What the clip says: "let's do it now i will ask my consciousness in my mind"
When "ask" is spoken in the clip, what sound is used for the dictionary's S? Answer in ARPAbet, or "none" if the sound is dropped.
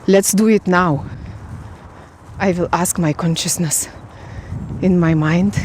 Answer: S